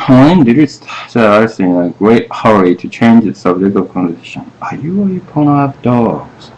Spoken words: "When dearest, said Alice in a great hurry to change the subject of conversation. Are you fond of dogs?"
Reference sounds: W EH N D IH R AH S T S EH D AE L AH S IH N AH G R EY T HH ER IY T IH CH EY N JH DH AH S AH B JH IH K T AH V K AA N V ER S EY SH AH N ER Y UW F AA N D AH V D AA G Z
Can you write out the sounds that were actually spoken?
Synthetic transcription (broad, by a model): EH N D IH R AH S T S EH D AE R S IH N AH G R EY T HH ER IY T IH CH EY N JH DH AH S AH B JH IH K T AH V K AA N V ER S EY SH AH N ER Y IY P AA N AH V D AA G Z